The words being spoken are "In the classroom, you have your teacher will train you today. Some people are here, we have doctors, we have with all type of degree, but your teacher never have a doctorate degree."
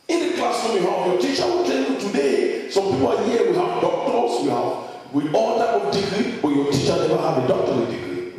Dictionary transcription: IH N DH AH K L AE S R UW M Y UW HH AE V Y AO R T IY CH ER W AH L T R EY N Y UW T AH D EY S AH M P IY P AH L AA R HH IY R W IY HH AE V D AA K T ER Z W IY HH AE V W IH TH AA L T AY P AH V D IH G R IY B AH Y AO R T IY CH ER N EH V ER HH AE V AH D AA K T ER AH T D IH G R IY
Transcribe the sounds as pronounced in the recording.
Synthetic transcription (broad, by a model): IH N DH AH K L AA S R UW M Y UW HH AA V Y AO T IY CH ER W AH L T EY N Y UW T AH D EY S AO M P IY P AH L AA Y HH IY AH W IY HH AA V D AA K T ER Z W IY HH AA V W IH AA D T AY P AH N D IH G R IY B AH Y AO T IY CH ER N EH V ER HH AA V AH D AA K T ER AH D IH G R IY